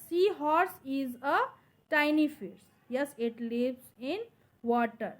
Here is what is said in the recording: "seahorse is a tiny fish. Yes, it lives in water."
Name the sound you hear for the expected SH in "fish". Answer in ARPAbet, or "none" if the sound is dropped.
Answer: S